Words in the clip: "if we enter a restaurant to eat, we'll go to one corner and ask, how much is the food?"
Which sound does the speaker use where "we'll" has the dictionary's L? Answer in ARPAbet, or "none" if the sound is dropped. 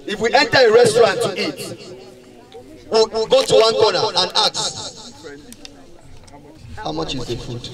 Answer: W